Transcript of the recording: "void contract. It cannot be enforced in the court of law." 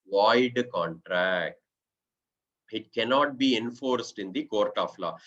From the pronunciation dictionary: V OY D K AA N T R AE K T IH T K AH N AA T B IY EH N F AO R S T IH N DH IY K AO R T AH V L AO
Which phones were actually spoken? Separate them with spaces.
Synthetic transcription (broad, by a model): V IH D K AA N T R AE K T IH T K AH N AA T B IY EH N F AO R S T IH N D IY K AO R T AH F L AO